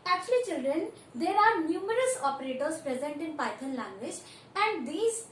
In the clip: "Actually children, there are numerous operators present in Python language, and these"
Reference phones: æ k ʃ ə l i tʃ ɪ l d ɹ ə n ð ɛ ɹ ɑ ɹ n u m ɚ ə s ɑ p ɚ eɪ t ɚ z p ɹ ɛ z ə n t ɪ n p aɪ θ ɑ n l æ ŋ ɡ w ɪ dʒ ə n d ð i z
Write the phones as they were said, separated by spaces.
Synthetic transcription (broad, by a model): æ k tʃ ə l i tʃ ɪ l d ɹ ə n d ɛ ɹ ɑ ɹ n u m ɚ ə s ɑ p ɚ eɪ t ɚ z p ɹ ɛ z ə n t ɪ n p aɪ t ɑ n l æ ŋ ɡ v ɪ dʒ ə n d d i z